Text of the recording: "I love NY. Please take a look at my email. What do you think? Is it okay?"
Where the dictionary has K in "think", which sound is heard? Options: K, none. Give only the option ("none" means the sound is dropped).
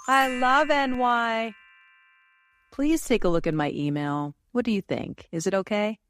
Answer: K